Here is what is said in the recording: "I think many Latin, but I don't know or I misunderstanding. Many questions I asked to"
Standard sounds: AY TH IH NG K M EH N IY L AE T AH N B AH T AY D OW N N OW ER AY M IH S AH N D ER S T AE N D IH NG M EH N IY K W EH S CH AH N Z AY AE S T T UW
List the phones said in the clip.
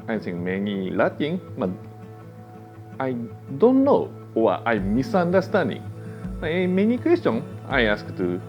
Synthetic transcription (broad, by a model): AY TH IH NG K M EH N IY L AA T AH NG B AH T AY D OW N N OW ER AY M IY S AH N D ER S T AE N D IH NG M EH N IY K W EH S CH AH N AY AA S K T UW